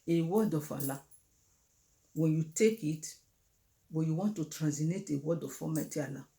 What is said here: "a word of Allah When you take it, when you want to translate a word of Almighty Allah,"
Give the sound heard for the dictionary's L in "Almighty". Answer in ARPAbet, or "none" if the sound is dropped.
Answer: none